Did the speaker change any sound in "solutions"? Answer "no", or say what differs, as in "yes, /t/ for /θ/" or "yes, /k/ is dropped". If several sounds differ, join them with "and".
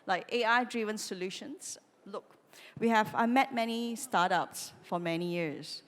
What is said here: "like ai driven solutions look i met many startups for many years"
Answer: yes, /s/ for /z/